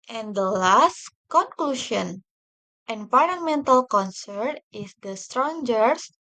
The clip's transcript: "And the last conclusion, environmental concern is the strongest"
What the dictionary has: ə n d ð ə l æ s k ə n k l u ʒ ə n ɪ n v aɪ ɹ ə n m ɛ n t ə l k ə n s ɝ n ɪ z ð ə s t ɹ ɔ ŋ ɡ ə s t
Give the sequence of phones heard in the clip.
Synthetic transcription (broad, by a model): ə n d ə l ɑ s k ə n k l u ʃ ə n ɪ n p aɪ l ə m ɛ n t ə l k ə n s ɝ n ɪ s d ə s t ɹ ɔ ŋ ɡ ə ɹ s